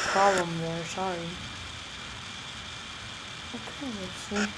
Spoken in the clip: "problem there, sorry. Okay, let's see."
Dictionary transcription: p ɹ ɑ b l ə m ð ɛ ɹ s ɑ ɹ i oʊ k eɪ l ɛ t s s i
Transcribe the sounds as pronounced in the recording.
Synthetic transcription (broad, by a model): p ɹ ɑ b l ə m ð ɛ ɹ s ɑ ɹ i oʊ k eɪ n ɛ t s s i